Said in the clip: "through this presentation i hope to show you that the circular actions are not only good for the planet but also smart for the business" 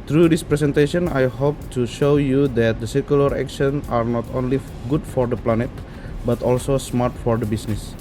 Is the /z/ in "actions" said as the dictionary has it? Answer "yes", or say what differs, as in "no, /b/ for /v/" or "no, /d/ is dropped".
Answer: no, /z/ is dropped